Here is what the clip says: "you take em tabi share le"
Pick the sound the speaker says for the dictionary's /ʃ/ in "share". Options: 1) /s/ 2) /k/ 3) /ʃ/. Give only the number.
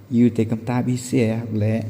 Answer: 1